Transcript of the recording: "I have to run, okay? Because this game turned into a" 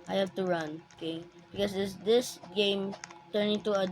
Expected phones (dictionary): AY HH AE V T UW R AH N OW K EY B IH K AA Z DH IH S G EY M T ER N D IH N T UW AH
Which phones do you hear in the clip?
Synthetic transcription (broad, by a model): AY HH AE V T UW R AH N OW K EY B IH K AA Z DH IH S G EY M T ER N IH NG T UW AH